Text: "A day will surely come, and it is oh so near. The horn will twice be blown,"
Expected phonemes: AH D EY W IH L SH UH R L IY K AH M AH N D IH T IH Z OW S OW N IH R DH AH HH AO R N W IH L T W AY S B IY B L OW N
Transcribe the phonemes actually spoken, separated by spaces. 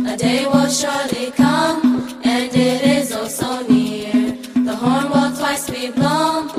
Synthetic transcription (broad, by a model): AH D EY W IH L SH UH R L IY K AH M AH N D IH T IH Z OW S OW N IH R DH AH HH AO R N W IH L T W AY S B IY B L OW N